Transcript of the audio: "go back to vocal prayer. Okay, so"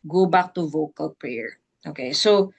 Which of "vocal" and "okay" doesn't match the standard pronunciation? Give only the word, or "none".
none